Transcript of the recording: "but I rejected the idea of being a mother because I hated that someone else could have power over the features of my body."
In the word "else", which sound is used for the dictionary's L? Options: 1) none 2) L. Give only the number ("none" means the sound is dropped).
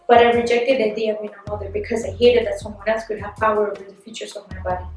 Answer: 1